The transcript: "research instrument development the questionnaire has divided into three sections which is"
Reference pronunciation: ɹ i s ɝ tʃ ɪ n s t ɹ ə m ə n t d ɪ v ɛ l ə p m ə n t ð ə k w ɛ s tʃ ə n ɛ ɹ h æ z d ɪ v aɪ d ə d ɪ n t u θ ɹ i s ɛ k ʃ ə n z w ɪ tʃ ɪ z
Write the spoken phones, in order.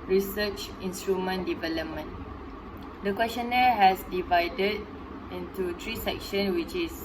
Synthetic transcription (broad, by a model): ɹ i s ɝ tʃ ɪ n s t ɹ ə m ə n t d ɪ v ɛ l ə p m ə n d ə k w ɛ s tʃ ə n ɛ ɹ h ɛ s d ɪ v aɪ d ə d ɪ n t u t ɹ i s ɛ k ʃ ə n w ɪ tʃ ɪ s